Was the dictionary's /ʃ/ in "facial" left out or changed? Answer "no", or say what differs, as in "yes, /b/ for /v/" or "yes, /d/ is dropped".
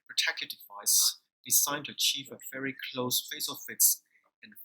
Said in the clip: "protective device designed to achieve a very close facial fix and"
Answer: yes, /s/ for /ʃ/